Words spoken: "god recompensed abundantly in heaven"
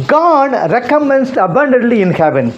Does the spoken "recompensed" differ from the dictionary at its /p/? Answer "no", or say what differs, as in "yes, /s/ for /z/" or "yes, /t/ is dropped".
yes, /p/ is dropped